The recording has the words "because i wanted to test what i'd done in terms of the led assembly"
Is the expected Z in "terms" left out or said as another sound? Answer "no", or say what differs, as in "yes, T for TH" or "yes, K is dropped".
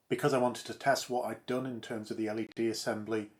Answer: no